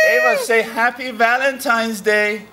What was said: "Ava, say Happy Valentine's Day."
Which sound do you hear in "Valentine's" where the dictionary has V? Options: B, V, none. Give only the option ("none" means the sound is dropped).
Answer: V